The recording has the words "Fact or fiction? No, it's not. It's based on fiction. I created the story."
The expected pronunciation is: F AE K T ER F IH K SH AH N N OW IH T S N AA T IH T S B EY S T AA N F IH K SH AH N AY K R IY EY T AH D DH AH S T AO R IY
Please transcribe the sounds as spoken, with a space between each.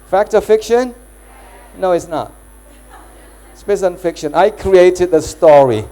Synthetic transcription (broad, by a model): F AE K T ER F IH K SH AH N N OW IH T S N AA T T S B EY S AA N F IH K SH AH N AY K R IY EY T AH D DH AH S T AO R IY